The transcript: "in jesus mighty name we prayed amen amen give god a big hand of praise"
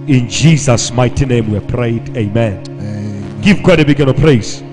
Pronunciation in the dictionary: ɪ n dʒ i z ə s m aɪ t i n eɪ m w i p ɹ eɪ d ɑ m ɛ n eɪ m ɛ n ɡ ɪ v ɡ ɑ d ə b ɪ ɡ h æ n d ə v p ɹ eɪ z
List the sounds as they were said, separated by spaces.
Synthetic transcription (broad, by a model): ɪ n dʒ i z ə s m aɪ t i n eɪ m w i p ɹ eɪ ɑ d eɪ m ɛ n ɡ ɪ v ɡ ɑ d ə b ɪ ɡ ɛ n ə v p ɹ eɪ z